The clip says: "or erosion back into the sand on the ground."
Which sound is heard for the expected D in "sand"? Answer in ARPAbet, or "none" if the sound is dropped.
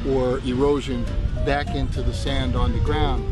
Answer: D